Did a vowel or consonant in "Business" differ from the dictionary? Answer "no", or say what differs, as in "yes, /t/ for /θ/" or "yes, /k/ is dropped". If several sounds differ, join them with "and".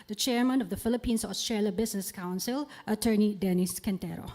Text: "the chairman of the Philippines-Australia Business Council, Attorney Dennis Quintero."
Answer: yes, /s/ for /z/